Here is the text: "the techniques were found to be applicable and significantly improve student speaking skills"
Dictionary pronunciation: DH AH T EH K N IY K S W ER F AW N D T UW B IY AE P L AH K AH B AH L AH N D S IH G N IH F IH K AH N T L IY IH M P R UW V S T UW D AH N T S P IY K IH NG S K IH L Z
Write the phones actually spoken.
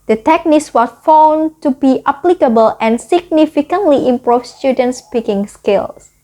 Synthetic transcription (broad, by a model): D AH T EH K N IY K S W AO F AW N T UW B IY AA P L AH K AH B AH L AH N S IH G N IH F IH K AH N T L IY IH M P R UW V S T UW D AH N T S P IY K IH NG S K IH L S